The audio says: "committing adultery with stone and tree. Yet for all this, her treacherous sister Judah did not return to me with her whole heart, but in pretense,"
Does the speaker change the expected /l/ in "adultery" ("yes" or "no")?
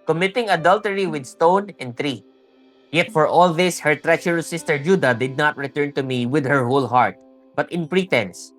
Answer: no